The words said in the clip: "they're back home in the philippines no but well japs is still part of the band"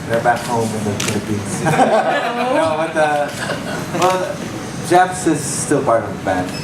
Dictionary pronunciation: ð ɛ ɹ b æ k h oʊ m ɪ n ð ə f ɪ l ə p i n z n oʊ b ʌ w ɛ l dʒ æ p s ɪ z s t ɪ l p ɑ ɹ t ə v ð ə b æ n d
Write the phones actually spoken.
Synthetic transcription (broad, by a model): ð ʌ ɹ b æ k h oʊ m ɪ n ð ə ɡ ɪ n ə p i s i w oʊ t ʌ w ɛ l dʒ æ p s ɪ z s t ɪ l p ɑ ɹ t ə v ð ə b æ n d